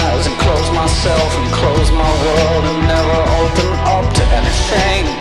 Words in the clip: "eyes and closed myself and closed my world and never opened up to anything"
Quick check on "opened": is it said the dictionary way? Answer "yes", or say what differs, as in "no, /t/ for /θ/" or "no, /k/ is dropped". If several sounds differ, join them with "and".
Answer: no, /d/ is dropped